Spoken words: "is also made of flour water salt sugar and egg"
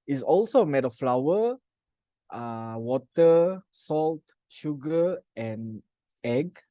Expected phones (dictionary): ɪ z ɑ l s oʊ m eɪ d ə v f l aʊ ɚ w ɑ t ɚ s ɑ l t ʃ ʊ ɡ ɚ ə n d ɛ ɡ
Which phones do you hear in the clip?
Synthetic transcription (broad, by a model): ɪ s ɑ l s oʊ m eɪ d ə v f l aʊ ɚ w ɑ t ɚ s ɑ l t ʃ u ɡ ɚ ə n ɛ ɡ